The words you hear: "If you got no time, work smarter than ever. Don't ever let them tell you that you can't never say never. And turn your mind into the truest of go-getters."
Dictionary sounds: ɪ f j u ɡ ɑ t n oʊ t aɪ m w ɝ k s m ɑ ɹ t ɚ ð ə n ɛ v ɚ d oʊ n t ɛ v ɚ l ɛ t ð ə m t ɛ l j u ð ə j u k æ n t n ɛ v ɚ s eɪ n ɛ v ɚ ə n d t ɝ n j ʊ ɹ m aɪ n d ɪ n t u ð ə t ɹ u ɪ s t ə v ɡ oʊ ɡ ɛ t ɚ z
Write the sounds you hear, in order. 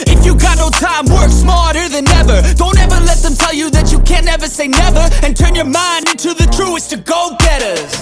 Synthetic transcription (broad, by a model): ɪ f j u ɡ ɑ t n oʊ t aɪ m w ɝ k s m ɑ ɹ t ɚ ð ə n ɛ v ɚ d oʊ n t ɛ v ɚ l ɛ t ð ə m t ɛ l j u ð ə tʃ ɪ k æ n n ɛ v ɚ s eɪ n ɛ v ɚ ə n t ɝ n j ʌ ɹ m aɪ n d ɪ n t u ð ə t ɹ u ɪ s t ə ɡ oʊ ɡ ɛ t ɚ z